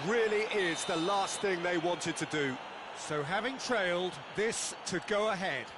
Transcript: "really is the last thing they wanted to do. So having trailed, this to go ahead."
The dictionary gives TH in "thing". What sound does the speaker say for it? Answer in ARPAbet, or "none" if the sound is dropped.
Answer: TH